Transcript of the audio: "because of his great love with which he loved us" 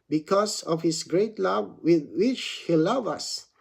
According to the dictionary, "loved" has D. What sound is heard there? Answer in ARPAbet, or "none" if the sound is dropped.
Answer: none